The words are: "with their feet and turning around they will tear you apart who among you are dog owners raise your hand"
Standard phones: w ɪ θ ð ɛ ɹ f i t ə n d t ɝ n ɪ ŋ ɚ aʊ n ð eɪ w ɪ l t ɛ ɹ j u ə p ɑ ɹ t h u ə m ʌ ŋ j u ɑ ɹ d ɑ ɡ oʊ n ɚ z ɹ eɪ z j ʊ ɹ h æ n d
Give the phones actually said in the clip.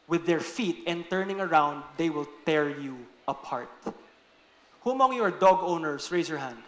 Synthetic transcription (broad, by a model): w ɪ ð ɛ ɹ f i t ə n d t ɝ n ɪ ŋ ɚ aʊ n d eɪ w ɪ l t ɛ ɹ j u ə p ɑ ɹ t h u ə m ʌ ŋ j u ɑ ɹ d ɑ ɡ oʊ n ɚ s ɹ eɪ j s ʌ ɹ h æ n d